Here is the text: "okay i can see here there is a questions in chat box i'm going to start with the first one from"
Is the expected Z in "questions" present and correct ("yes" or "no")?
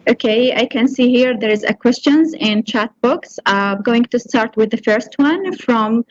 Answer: yes